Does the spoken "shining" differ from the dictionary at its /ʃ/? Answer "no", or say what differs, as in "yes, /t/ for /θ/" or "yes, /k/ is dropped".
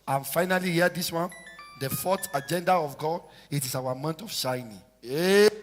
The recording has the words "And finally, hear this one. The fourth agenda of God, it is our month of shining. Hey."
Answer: no